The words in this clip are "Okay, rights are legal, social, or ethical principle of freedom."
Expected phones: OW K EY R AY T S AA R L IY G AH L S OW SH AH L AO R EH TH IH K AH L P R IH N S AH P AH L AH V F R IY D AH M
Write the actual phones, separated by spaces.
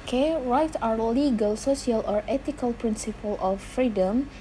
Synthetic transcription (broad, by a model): K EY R AY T AA R L IY G AH L S OW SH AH L AO R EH T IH K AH L P R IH N S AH P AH L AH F R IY D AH M